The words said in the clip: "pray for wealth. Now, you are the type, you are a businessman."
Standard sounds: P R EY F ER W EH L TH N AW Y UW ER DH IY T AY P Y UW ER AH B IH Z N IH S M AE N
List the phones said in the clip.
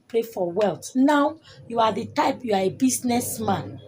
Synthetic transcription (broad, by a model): P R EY F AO W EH L T N AW Y UW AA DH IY T AY P Y UW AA AH B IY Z N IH S M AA N